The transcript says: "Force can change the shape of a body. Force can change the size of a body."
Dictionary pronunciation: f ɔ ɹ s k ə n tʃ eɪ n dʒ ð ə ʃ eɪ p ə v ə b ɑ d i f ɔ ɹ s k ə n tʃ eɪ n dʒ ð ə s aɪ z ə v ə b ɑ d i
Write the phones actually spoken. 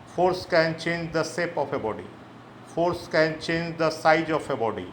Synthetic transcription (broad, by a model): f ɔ ɹ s k ə n tʃ eɪ n dʒ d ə s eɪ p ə f ə b ɑ d i f ɔ ɹ s k ə n tʃ eɪ n dʒ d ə s aɪ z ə f ə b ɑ d i